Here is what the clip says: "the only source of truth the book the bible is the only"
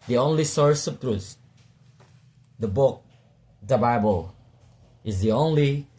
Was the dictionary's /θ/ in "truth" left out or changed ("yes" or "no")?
yes